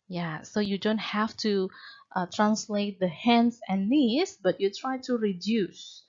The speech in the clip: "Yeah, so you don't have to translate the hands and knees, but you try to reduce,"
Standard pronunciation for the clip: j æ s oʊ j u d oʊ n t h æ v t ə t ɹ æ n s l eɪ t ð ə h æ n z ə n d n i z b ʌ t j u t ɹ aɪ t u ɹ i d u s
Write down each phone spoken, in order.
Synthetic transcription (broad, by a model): j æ s oʊ j u d oʊ n t h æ f t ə t ɹ æ n s l eɪ t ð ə h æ n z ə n n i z b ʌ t j u t ɹ aɪ t u ɹ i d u s